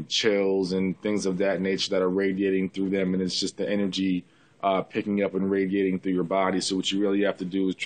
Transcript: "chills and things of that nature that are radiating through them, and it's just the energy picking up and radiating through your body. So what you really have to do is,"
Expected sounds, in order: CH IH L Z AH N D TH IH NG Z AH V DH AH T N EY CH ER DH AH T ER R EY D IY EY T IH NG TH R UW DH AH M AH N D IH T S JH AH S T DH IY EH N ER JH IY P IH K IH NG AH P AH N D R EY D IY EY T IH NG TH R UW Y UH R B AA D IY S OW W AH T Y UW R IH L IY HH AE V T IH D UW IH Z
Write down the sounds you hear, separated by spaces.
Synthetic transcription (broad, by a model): CH IH L Z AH N TH IH NG Z AH V DH AH T N EY CH ER DH AH T ER R EY D IY EY T IH NG TH R UW DH AH M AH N IH T S JH AH S T DH IY EH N ER JH IY P IH K IH NG AH P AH N R EY D IY EY T IH NG TH R UW Y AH R B AA D IY S OW W AH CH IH R IH L IY HH AE F T IH D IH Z